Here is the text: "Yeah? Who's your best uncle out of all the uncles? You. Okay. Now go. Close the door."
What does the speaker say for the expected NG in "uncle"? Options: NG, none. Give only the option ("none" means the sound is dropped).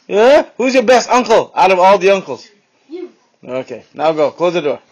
NG